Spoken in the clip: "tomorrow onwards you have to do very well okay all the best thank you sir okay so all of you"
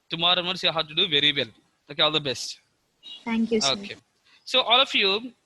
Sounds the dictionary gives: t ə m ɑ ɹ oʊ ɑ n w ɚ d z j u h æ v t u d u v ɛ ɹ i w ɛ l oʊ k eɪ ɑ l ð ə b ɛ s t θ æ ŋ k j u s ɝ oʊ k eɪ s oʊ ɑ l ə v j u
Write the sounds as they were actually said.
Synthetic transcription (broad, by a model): t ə m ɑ ɹ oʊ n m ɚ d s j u h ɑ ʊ t u d u v ɛ ɹ i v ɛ l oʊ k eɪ ɑ l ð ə b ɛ s t t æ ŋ k j u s oʊ k eɪ s oʊ ɑ l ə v j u